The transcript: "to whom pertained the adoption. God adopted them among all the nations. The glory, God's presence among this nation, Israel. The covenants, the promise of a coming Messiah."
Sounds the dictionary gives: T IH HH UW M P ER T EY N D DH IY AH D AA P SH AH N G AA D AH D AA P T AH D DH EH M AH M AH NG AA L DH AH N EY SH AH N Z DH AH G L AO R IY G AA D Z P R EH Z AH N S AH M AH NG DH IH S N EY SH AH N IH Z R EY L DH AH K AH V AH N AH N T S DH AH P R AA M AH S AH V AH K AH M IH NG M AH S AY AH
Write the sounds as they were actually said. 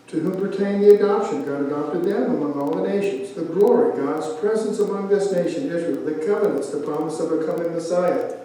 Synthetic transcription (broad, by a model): T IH HH UW M P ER T EY N DH IY AH D AA P SH AH N G AA D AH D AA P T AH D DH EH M AH M AH NG AA L DH AH N EY SH AH N Z DH AH G L AO R IY G AA D Z P R EH Z AH N S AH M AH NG DH IH S N EY SH AH N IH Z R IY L DH AH K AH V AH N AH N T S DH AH P AA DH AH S AH V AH K AH M IH NG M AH S AY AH